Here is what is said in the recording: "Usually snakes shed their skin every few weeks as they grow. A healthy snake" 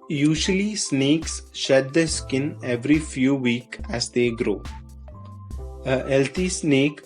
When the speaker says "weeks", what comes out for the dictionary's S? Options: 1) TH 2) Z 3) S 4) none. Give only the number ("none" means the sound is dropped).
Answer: 4